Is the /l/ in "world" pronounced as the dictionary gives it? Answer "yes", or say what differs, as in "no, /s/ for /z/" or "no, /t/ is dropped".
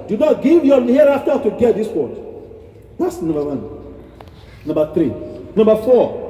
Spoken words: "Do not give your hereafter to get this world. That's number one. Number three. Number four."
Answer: no, /l/ is dropped